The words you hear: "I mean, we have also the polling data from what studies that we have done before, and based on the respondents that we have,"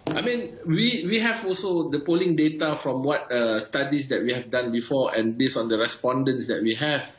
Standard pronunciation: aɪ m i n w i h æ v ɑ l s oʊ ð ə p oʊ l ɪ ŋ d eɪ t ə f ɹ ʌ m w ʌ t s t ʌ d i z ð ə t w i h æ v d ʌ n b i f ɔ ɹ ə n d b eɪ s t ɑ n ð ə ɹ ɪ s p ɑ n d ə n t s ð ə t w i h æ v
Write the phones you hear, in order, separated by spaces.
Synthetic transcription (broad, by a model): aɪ m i n w i h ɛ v ɑ l s oʊ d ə p oʊ l ɪ ŋ d eɪ t ə f ɹ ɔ m w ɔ t s t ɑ d i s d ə t w i h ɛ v d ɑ n b i f ɔ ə n b eɪ s ɑ n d ə ɹ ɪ s p ɑ n d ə n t s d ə t w i h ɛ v